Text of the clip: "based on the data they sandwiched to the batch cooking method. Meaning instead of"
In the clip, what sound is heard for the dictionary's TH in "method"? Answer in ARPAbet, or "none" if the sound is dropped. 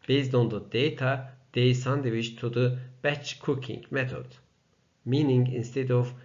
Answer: T